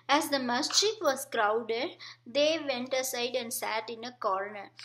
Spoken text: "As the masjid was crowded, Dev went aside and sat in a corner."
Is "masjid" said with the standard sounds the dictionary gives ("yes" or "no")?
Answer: no